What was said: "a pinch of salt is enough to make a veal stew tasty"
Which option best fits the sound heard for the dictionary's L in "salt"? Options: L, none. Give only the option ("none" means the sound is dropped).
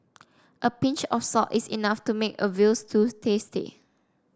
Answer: none